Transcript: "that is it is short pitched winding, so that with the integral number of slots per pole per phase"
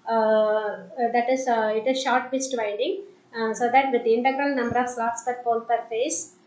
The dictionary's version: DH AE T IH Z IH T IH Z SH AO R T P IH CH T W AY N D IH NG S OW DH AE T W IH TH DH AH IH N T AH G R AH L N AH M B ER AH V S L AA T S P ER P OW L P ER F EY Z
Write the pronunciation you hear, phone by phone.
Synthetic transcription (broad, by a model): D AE T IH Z IH T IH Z SH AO R T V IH S T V AY N D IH NG S OW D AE T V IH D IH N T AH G R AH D N AH M B ER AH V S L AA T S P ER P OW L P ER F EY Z